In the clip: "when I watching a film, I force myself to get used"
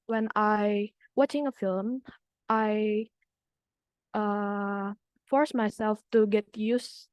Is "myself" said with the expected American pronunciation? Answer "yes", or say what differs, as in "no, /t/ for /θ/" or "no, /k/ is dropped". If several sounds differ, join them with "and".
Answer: yes